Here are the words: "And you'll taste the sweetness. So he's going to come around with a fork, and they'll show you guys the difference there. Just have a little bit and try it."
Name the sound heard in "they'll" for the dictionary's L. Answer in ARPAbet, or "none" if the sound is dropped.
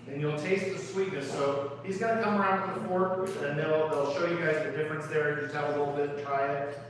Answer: L